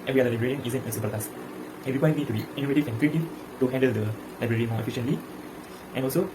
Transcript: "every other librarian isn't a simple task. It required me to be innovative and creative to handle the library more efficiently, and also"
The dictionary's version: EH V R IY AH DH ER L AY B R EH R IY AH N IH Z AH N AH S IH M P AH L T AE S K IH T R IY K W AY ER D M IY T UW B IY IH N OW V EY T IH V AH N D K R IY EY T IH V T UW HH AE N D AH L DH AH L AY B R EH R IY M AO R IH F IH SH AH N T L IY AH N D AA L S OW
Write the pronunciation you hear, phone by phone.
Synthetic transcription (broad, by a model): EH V R IY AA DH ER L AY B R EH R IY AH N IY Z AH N AH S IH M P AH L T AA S IH T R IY K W AY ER M IY T UW B IY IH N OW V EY T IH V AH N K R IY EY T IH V T UW HH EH N D AH L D AH L AY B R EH R IY M AO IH F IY SH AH N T L IY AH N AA L S OW